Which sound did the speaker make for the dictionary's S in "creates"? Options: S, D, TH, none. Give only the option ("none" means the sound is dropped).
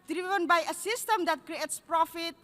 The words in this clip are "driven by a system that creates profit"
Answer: S